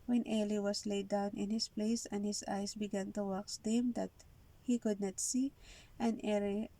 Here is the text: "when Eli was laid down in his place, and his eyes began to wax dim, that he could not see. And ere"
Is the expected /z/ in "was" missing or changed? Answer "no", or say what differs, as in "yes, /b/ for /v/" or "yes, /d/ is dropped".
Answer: yes, /s/ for /z/